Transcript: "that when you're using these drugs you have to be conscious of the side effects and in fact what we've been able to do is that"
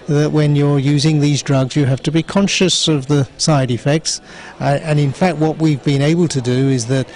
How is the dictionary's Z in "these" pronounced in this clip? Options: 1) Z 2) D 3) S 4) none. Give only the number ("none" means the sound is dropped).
1